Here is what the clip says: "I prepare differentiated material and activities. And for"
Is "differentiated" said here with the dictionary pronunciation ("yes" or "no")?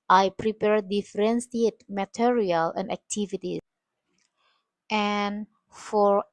no